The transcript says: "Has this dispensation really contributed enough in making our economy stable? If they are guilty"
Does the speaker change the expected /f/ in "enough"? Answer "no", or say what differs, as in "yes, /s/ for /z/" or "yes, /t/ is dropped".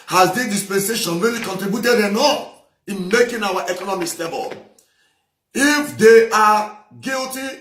yes, /f/ is dropped